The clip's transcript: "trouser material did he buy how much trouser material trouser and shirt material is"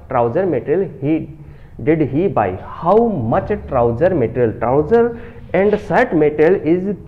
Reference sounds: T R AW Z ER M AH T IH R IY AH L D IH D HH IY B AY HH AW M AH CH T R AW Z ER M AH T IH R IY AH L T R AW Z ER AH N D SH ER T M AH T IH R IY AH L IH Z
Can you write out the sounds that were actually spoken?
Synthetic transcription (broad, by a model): T R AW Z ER M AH T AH L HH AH D IH D HH IY B AY HH AW M AH CH T R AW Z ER M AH T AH L T R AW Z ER AH N D S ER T M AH T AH L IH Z